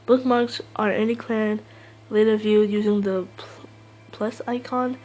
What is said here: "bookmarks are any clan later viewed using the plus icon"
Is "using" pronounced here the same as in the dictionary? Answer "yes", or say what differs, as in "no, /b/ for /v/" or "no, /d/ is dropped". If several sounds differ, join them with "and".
yes